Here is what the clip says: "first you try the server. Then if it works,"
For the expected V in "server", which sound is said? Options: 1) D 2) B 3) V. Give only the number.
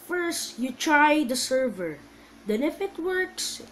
3